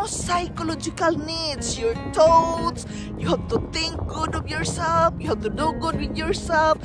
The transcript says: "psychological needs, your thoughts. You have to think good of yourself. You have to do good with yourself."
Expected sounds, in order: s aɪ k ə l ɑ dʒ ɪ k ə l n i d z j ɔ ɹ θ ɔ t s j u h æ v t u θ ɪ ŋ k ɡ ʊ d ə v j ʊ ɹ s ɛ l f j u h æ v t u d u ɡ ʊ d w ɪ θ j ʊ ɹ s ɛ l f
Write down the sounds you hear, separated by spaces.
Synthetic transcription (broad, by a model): s aɪ k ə l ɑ dʒ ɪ k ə l n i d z j ɔ ɹ t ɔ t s j u h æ p t u t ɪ ŋ k ɡ ʊ d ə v j ʊ ɹ s ɛ l f j u h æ p t u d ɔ ɡ ʊ d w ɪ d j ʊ ɹ s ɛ l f